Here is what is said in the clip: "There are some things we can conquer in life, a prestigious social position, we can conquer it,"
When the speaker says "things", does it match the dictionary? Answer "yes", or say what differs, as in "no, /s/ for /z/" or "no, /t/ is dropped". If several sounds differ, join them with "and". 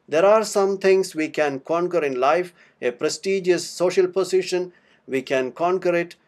no, /t/ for /θ/